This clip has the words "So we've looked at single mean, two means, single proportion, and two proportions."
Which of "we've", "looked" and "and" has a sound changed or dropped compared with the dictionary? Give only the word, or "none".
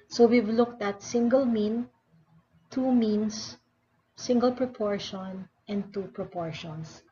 none